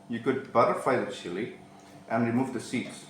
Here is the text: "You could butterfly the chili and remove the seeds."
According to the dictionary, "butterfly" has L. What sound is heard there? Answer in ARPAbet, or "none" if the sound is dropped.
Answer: none